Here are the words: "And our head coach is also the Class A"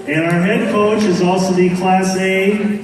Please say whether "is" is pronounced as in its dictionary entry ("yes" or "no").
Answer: yes